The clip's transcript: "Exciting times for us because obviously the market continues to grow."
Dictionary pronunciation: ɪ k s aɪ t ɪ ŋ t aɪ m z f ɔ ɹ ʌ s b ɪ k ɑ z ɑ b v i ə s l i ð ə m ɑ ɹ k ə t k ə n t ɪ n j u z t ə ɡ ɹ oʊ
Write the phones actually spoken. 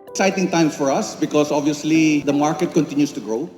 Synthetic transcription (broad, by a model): k s aɪ t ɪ ŋ t aɪ m f ɔ ɹ ʌ s b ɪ k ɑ s ɑ b v i ə s l i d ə m ɑ ɹ k ə t k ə n t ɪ n j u s t ə ɡ ɹ oʊ